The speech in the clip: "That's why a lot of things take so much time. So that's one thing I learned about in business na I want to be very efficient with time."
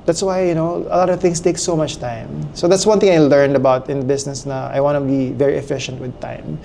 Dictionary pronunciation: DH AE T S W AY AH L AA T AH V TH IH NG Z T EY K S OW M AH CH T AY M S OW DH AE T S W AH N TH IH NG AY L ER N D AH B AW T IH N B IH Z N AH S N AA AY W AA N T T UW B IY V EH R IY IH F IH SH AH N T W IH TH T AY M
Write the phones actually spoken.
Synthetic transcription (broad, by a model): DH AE T S W AY AH L AA T AH V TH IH NG S T EY K S OW M AH CH T AY M S OW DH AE T S W AH N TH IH NG AY L ER N D AH B AW T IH N B IH S N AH S N AA AY W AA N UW B IY V EH R IY IH F IH SH AH N T W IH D T AY M